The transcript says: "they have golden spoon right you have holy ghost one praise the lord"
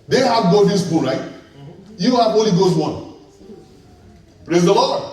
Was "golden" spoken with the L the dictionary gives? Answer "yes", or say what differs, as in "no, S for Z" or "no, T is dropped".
no, L is dropped